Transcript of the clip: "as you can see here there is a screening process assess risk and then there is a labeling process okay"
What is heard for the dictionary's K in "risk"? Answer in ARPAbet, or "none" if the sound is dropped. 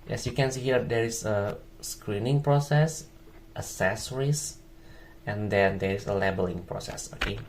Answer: none